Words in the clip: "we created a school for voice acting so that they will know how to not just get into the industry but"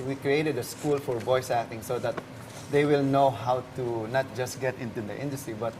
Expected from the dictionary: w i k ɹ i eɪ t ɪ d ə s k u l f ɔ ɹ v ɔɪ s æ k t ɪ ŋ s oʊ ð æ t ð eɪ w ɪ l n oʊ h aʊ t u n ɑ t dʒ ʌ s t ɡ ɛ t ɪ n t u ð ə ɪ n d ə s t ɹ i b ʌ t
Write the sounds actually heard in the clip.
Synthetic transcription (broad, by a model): w i k ɹ i eɪ t ɪ d ə s k u l f ɔ ɹ b ɔɪ s æ k t ɪ ŋ s oʊ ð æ t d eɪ w ɪ l n oʊ h aʊ t u n ɑ t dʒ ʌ s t ɡ ɛ t ɪ n t u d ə ɪ n d ə s t ɹ i b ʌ t